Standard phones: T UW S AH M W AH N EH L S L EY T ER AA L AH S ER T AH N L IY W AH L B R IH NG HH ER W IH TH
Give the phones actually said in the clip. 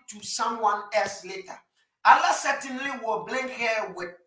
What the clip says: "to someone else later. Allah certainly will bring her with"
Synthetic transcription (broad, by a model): T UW S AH M W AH N EH L S L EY T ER AA L AH S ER T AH N L IY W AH B L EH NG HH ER W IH